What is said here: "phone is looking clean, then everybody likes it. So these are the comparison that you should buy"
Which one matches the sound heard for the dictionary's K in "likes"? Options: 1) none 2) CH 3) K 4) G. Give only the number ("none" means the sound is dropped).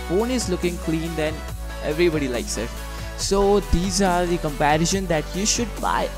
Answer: 3